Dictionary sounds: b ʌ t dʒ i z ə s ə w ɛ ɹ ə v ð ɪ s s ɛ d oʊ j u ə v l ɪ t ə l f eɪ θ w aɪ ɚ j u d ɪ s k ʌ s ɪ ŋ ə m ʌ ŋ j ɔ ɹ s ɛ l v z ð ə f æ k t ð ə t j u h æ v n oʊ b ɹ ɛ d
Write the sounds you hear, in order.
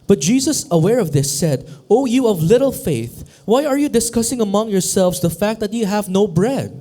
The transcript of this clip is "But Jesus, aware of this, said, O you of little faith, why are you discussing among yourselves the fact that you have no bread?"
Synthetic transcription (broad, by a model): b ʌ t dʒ i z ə s ə w ɛ ɹ ə v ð ɪ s s ɛ d oʊ j u ə v l ɪ t l f eɪ θ w aɪ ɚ j u d ɪ s k ʌ s ɪ ŋ ə m ʌ ŋ j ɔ ɹ s ɛ l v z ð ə f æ k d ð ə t j u h æ v n oʊ b ɹ ɛ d